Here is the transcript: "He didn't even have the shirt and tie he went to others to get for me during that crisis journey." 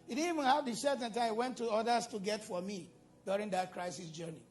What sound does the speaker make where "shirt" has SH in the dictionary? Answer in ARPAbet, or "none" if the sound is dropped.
S